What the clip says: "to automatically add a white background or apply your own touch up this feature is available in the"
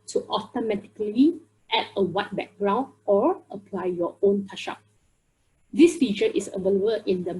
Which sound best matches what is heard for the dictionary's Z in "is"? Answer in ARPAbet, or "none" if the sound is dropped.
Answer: S